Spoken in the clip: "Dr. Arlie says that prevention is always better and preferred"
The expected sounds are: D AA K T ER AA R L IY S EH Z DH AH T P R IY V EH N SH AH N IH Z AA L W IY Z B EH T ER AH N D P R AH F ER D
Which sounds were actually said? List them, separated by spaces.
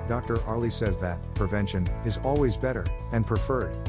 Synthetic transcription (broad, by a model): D AA K T ER AA R L IY S EH Z DH AH T P R IY V EH N SH AH N IH Z AA L W IY Z B EH T ER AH N P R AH F ER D